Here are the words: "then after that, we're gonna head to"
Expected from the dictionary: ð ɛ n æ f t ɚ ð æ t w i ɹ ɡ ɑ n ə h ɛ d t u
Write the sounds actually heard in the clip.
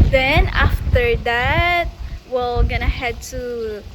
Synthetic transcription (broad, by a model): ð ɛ n æ f t ɚ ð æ t w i l ɡ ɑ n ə h ɛ d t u